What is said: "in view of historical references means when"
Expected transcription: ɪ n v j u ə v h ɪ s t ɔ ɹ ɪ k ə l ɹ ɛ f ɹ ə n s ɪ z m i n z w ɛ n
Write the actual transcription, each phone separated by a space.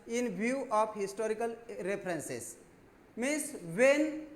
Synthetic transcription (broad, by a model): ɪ n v j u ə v h ɪ s t ɔ ɹ ɪ k ə l ɹ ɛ p ɹ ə n s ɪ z m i n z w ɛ n